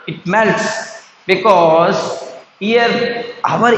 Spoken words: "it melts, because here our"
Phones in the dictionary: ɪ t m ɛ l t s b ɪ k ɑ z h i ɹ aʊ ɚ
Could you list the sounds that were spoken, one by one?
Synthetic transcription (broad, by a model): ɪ t m ɛ l t s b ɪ k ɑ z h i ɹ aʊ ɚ